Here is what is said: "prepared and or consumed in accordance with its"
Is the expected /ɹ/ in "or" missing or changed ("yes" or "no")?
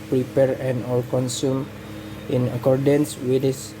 yes